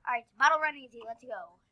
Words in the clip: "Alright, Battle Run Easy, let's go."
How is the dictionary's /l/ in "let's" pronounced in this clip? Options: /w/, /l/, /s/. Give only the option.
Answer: /l/